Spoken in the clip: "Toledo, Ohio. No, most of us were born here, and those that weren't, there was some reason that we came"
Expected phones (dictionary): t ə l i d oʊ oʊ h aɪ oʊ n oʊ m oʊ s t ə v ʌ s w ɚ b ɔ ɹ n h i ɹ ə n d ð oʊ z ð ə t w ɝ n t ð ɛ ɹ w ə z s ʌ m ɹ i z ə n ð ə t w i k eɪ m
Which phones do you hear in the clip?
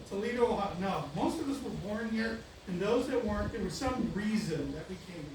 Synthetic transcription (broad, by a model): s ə l i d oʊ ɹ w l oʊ n oʊ m oʊ s t ə v ʌ s w ɚ b ɔ ɹ n h i ɹ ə n ð oʊ z ð ə t w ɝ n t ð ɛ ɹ w ə z s ʌ m ɹ i z ə n ð ə t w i k eɪ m